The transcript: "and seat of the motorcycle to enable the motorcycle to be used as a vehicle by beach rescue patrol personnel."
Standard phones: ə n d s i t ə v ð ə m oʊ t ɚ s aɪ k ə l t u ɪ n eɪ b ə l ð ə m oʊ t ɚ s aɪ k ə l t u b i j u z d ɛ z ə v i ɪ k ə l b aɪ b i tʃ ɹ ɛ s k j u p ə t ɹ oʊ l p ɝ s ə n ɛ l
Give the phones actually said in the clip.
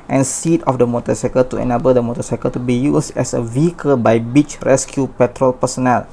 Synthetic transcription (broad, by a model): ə n s i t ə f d ə m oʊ t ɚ s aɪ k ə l t u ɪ n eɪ b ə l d ə m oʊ t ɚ s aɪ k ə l t u b i j u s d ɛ s ə v i ɪ k ə l b aɪ b i tʃ ɹ ɛ s k j u p ə t ɹ oʊ l p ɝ s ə n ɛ l